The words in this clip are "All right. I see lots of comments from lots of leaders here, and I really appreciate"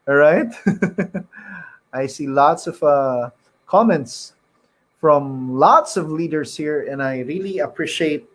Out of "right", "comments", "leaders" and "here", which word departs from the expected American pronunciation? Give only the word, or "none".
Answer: leaders